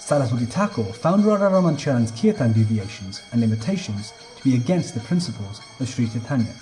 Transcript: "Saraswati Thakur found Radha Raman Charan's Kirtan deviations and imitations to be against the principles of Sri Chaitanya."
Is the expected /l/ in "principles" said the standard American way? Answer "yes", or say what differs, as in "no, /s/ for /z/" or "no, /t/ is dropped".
yes